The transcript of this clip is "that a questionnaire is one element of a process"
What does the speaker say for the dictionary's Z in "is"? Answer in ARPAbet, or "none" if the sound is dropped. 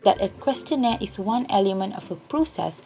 S